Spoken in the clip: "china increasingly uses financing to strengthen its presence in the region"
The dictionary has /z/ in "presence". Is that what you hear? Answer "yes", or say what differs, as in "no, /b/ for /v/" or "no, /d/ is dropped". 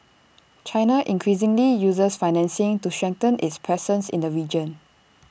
no, /s/ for /z/